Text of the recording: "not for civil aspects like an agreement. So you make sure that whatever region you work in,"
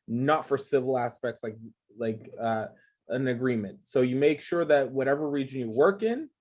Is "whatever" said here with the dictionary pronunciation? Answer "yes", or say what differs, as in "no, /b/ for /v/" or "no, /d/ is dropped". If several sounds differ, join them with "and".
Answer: yes